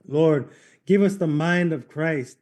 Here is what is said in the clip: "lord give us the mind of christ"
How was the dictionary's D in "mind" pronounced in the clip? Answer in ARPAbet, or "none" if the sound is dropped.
D